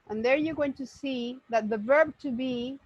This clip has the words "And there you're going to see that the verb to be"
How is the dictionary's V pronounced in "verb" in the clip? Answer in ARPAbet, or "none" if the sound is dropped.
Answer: V